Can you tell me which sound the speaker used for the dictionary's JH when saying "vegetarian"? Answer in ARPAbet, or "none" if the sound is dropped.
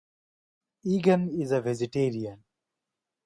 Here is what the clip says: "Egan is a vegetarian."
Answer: Z